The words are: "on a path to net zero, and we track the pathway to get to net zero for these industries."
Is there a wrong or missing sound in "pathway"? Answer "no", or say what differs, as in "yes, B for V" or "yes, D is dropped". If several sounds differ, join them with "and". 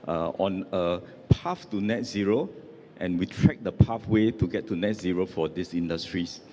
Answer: yes, F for TH